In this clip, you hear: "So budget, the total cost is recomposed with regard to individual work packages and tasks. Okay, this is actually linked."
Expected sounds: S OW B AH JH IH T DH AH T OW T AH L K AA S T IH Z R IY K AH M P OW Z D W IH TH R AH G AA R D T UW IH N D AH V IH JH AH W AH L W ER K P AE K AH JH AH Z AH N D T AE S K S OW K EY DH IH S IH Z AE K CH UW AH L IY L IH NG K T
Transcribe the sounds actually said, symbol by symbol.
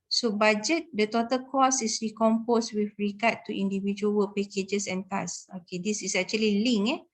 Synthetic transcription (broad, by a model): S OW B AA JH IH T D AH T OW T AH L K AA S IH S R IY K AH M P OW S W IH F R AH G AA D T UW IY N D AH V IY JH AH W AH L P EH K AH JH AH S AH N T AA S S OW K EY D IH S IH S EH K CH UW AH L IY L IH NG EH